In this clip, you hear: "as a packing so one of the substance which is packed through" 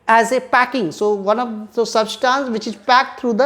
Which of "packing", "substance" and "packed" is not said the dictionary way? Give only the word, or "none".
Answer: none